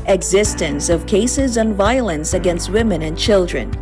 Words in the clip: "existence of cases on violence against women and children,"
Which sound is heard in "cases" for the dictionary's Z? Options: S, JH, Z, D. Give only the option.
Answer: Z